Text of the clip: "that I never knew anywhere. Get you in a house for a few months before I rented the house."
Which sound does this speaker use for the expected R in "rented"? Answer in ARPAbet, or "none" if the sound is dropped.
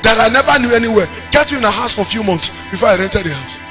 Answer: R